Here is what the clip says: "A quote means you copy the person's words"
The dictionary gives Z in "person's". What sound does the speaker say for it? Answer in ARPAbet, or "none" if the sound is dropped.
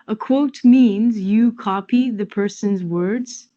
Z